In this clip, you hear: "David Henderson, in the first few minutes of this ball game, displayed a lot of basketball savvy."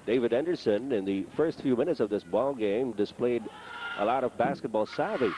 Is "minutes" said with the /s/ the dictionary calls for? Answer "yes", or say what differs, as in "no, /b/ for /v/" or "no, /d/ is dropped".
yes